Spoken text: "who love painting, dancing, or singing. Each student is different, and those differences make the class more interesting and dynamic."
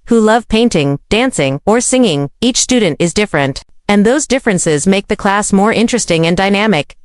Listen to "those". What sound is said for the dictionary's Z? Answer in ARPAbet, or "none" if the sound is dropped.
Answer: Z